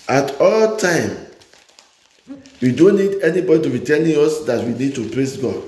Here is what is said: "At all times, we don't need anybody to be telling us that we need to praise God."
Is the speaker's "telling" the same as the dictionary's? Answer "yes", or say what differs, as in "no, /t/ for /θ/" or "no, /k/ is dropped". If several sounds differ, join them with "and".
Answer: no, /n/ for /l/